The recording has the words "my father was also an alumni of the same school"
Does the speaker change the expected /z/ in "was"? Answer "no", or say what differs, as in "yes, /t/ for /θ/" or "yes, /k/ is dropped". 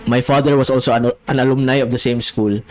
yes, /s/ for /z/